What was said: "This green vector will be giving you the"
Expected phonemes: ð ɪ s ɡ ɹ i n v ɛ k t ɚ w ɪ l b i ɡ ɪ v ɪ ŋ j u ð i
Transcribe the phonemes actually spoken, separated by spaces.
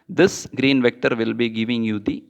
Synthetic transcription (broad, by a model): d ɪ s ɡ ɹ i n v ɛ k t ɚ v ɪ l b i ɡ ɪ v ɪ ŋ j u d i